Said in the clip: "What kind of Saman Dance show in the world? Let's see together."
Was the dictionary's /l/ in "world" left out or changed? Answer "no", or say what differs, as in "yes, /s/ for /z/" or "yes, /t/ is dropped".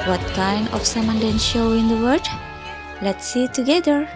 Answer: yes, /l/ is dropped